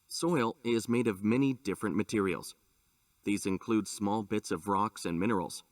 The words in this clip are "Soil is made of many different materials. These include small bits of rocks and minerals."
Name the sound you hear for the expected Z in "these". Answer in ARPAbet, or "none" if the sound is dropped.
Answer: Z